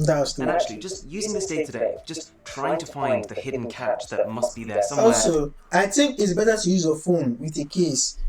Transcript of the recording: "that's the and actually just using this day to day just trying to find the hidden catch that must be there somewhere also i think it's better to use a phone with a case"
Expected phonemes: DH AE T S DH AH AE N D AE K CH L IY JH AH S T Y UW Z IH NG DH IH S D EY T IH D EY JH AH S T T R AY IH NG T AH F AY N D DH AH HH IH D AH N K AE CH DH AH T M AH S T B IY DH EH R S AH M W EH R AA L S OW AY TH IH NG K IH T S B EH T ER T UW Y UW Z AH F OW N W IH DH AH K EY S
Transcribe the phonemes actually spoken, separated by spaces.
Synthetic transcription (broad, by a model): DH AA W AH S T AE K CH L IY JH AH S T Y UW Z IH NG DH IH S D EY T IH D EY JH AH S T T R AY IH NG T AH F AY N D DH AH HH IH D N K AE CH DH AH T M AH S T B IY DH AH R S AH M AA L S OW AY TH IH NG K IH T S B EH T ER T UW Y UW Z AH F OW N W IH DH AH K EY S